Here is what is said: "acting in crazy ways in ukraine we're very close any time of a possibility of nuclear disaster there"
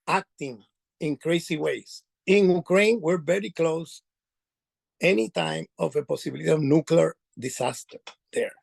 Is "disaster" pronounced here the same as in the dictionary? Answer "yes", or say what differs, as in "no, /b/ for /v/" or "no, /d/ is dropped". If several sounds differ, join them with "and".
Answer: no, /s/ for /z/